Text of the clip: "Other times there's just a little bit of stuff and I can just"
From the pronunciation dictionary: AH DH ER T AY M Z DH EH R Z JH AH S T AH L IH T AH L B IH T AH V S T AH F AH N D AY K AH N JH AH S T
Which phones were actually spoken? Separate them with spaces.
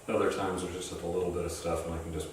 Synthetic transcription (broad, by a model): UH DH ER T AY M Z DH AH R JH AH S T AH L IH T L B IH T AH V S T AH F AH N AY K N JH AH S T